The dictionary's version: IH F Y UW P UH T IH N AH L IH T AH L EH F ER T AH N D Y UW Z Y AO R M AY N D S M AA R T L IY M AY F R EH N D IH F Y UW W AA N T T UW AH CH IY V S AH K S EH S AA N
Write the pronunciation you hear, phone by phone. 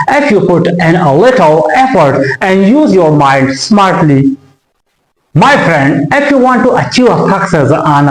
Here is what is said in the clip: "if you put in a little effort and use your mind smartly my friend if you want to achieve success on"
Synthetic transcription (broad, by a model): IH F Y UW P UH T IH N AH L IH T AH L EH F ER T AH N D Y UW Z Y AO R M AY N D S M AA R T L IY M AY F R EH N D IH F Y UW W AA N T T UW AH CH IY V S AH K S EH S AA N